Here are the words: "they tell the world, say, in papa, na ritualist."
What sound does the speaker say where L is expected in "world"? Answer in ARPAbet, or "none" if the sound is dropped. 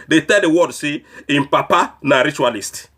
none